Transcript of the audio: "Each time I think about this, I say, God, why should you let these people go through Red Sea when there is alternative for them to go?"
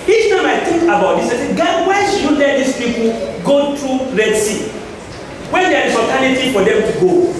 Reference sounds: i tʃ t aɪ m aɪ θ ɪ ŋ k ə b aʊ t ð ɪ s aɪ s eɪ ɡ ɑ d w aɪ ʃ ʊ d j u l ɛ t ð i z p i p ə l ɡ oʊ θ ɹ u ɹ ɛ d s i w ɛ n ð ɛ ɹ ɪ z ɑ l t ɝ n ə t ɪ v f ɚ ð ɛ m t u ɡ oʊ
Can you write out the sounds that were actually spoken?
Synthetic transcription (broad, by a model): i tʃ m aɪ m aɪ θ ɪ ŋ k ə b aʊ t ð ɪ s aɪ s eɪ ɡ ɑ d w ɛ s j u l ɛ t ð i s p i p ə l ɡ oʊ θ ɹ u ɹ ɛ d s i w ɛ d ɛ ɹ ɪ s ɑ t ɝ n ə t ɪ f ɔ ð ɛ m t u ɡ oʊ